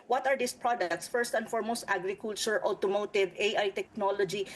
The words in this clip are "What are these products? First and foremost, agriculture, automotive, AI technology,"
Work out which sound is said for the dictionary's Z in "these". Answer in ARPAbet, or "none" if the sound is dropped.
S